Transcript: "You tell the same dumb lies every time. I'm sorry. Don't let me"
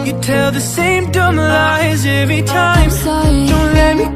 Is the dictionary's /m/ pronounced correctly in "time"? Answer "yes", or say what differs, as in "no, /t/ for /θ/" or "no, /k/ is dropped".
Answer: no, /m/ is dropped